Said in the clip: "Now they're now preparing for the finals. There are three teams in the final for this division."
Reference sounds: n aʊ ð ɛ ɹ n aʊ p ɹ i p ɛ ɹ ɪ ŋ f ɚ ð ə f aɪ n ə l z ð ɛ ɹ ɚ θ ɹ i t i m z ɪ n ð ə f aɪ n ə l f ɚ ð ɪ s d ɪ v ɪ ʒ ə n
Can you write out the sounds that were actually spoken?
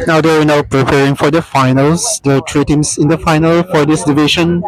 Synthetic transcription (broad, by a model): n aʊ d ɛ w n aʊ p ɹ i p ɛ ɹ ɪ ŋ f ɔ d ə f aɪ n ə l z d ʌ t ɹ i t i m s ɪ n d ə f aɪ n ə l f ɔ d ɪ s d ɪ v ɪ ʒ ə n